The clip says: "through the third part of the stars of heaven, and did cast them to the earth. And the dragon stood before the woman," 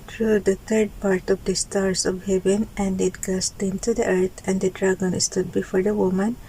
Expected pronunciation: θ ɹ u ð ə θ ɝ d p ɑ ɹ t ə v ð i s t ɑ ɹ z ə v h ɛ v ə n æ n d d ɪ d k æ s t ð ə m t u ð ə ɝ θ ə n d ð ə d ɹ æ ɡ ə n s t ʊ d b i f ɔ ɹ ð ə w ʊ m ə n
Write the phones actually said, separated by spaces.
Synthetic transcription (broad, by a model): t ɹ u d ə t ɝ d p ɑ ɹ t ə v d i s t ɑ ɹ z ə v h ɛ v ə n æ n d d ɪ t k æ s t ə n t u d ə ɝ t ə n d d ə d ɹ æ ɡ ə n s t ʊ d b i f ɔ ɹ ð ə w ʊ m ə n